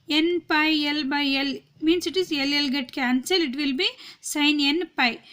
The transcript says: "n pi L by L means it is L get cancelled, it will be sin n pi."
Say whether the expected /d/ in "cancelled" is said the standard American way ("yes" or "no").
no